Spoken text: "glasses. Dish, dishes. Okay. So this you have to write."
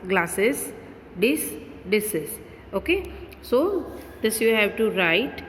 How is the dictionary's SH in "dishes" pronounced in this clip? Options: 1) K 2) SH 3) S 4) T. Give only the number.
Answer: 3